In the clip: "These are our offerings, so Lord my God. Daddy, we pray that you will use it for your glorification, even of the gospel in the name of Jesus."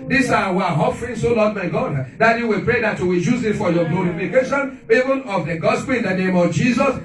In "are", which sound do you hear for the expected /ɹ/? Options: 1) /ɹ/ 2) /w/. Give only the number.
2